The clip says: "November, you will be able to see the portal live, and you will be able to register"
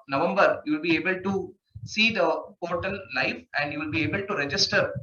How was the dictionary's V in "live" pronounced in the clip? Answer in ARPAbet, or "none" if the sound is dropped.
F